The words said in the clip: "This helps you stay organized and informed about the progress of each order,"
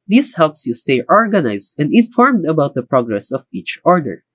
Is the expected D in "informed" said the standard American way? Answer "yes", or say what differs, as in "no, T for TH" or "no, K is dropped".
yes